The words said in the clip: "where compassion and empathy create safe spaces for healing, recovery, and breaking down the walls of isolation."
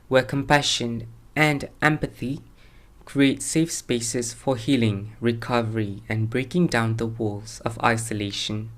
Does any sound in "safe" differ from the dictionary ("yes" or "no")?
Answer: no